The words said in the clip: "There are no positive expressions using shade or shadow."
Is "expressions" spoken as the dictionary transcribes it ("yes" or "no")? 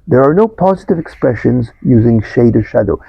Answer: yes